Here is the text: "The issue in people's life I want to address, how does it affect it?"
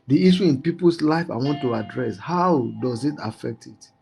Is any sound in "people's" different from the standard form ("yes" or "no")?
yes